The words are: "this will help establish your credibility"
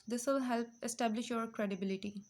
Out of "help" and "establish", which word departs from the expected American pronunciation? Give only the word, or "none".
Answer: none